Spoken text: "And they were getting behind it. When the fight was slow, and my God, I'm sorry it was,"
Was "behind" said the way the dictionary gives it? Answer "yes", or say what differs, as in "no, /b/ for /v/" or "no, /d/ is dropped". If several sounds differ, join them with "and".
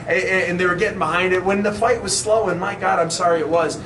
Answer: yes